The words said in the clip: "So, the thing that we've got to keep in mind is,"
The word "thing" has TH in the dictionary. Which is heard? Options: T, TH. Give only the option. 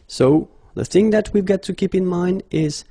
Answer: TH